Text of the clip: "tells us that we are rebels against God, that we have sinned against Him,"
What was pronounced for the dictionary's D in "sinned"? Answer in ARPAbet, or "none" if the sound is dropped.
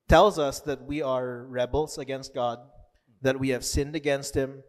D